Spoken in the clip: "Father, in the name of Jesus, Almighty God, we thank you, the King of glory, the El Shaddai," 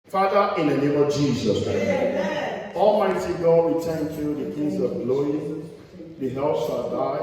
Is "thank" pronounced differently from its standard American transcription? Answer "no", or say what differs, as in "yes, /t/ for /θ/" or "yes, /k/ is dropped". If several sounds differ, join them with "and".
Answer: yes, /t/ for /θ/